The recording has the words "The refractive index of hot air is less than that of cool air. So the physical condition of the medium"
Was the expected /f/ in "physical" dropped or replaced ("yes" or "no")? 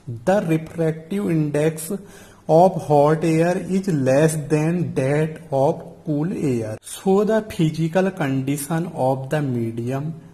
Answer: yes